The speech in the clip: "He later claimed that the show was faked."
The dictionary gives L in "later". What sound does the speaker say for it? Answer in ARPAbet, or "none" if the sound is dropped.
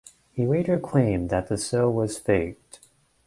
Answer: W